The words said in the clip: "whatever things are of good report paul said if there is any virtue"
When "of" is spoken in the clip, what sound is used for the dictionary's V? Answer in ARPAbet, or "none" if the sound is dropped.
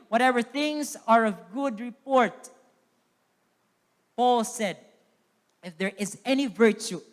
V